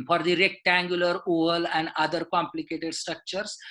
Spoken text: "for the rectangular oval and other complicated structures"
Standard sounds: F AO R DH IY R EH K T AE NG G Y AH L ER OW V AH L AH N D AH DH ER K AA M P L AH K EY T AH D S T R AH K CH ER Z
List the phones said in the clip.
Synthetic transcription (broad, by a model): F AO R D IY R EH K T AE NG G Y AH L ER OW V AH L AH N D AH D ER K AA M P L AH K EY T AH D S T R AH K CH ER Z